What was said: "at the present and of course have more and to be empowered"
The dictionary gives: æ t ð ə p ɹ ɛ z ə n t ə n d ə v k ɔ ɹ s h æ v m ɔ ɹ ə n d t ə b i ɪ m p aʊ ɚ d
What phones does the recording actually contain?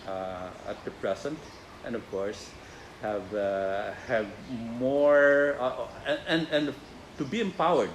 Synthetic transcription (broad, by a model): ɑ t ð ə p ɹ ɛ s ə n t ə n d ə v k ɔ ɹ s h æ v m ɔ ɹ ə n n t ə b i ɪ m p aʊ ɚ d